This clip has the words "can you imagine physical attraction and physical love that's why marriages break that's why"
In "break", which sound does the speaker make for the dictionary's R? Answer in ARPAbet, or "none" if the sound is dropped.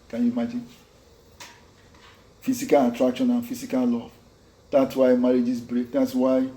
R